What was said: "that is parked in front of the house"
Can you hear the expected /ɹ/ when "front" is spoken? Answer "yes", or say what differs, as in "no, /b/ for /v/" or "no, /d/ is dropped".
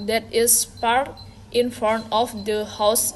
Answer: no, /ɹ/ is dropped